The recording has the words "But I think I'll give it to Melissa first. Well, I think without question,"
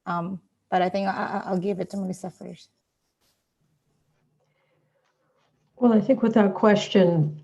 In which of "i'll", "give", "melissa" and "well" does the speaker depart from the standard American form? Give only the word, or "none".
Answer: melissa